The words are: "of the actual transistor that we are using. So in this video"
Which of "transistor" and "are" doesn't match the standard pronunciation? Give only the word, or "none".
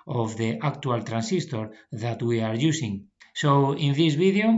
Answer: transistor